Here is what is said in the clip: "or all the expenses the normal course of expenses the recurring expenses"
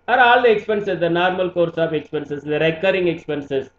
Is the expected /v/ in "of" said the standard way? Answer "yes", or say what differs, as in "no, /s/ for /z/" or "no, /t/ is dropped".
no, /p/ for /v/